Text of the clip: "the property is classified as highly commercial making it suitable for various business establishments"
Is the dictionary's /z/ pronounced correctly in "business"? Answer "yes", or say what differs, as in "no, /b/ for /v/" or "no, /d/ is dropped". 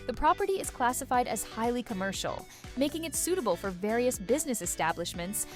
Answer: yes